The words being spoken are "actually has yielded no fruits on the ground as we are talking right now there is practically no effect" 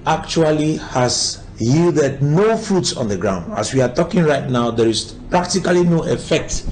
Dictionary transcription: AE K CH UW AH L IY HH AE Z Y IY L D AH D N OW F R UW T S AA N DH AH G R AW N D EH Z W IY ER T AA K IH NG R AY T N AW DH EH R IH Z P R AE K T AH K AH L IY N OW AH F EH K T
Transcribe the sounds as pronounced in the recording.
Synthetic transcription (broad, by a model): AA K CH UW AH L IY HH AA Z Y IY L D AH D N OW F R UW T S AA N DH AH G R AW N D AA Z W IY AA T AA K IH NG R AY T N AW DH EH R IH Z P R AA K T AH K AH L IY N OW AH F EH K T